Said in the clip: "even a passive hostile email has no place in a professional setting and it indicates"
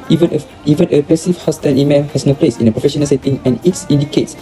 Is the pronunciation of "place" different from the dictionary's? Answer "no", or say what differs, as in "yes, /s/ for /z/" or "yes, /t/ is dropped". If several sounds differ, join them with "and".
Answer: no